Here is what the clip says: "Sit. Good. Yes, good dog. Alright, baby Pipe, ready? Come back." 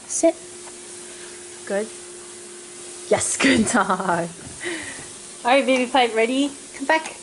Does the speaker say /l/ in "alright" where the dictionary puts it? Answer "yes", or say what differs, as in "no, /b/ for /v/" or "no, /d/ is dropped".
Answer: no, /l/ is dropped